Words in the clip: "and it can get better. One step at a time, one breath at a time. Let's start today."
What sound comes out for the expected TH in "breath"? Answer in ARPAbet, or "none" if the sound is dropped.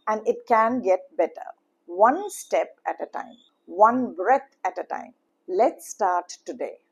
T